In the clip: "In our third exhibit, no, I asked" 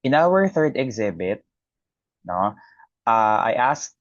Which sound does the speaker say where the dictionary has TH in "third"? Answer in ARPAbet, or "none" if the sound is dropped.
TH